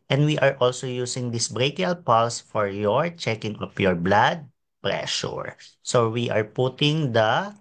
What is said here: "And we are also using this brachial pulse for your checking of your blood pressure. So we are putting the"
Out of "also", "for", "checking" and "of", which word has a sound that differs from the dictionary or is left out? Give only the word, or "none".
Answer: of